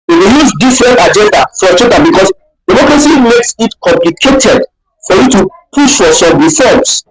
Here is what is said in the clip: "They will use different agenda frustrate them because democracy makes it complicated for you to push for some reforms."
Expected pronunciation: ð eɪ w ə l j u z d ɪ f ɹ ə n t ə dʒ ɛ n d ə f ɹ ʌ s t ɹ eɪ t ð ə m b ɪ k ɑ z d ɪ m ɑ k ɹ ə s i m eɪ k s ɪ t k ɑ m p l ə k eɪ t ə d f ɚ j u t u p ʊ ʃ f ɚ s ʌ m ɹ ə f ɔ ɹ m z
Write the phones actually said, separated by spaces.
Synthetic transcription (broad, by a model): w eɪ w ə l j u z d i f ɹ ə n t ə dʒ ɛ n d ə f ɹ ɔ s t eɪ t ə b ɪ k ɑ s d ɪ m ɑ k ɹ ə s i m eɪ k s ɪ t k ɑ m p l ə k eɪ t ə d f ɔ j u t u p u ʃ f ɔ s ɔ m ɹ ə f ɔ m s